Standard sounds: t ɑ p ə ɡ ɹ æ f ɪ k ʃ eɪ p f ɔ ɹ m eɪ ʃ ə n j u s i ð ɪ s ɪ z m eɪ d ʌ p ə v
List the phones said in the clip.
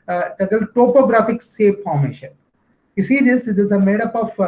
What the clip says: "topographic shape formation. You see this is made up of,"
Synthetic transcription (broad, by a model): t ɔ p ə ɡ ɹ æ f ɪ k s eɪ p f ɔ ɹ m eɪ ʃ ə n j u s i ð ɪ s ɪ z m eɪ d ʌ p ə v